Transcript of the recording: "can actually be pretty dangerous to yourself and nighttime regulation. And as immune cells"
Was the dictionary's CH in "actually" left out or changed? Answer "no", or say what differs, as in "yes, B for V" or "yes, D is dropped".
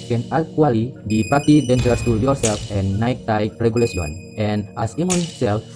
yes, CH is dropped